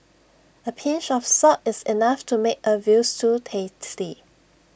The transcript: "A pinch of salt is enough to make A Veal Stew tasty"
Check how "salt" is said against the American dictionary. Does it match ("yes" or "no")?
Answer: no